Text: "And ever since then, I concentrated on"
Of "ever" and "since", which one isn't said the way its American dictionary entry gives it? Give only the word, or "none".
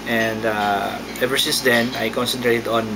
none